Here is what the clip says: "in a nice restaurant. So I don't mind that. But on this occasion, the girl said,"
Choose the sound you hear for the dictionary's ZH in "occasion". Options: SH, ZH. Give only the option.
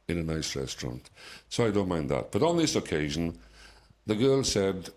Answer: ZH